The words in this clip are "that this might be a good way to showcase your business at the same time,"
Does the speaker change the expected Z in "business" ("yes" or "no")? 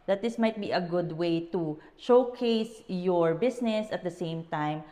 yes